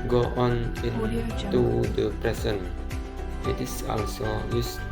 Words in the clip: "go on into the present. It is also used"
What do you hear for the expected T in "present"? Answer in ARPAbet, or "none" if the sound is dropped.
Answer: none